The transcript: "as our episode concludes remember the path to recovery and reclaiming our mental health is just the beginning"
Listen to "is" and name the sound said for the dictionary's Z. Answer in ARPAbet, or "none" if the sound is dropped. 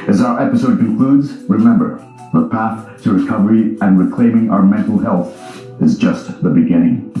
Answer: Z